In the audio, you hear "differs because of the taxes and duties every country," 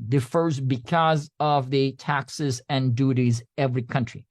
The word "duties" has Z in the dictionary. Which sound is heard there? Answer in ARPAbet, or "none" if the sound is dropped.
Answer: Z